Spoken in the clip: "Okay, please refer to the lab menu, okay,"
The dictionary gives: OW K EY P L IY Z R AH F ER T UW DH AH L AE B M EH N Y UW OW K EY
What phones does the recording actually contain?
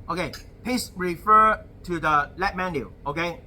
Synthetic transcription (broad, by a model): OW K EY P IY S R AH F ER T UW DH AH L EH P M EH N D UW OW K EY